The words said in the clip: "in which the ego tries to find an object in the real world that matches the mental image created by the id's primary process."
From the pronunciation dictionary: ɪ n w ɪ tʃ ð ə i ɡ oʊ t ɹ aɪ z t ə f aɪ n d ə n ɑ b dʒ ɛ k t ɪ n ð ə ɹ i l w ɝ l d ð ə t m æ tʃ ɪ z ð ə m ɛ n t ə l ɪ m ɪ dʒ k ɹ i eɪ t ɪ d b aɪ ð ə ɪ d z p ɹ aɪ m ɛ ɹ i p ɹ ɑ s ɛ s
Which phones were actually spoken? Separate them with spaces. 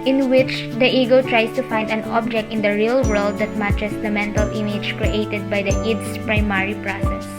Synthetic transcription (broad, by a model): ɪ n w ɪ tʃ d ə i ɡ oʊ t ɹ aɪ s t ə f aɪ n d ə n ɑ b dʒ ɛ k t ɪ n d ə ɹ i l w ɝ l d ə t m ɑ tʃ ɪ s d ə m ɛ n t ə l ɪ m ɪ dʒ k ɹ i eɪ t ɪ d b aɪ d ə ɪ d s p ɹ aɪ m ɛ ɹ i p ɹ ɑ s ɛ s